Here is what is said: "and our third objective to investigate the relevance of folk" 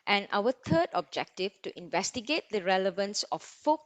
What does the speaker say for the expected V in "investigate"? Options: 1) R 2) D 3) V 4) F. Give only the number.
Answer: 3